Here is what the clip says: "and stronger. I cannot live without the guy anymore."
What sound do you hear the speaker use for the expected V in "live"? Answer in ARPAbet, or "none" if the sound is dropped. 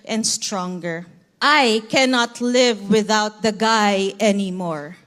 V